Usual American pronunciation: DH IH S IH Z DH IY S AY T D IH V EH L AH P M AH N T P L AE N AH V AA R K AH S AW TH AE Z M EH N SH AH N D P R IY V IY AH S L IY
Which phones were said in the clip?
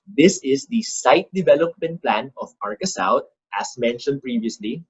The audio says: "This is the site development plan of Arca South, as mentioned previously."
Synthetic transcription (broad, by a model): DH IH S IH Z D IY S AY T D IH V EH L AH P M AH N T P L AE N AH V AA R K AH S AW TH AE S M EH N SH AH N D P R IY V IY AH S L IY